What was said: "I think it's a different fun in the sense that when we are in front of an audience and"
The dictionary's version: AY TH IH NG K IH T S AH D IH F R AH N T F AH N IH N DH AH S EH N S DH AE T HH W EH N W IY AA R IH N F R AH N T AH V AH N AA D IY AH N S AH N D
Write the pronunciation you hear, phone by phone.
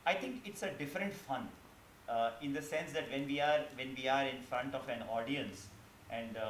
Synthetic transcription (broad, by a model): AY T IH NG K IH T S AH D IH F R AH N T F AH N IH N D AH S EH N S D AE T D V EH N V IY AA R IH N F R AH N T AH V AH N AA D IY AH N S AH N D